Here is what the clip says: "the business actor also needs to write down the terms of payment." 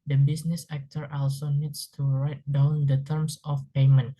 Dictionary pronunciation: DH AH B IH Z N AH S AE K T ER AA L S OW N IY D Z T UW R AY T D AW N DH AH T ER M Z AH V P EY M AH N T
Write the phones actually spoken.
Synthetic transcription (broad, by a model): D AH B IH S N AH S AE K T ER AA L S OW N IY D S T UW R AY T D AW N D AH T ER M S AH F P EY M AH N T